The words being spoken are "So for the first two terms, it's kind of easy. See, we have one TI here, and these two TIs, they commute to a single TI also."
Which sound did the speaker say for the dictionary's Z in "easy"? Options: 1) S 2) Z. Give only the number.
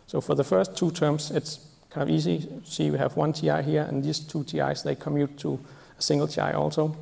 1